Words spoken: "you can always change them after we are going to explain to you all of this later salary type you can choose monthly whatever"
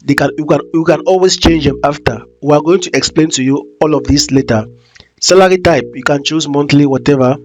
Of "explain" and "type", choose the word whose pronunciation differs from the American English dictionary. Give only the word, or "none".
none